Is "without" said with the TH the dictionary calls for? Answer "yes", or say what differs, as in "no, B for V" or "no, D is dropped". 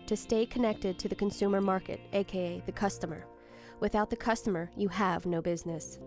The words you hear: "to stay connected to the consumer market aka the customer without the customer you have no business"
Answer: yes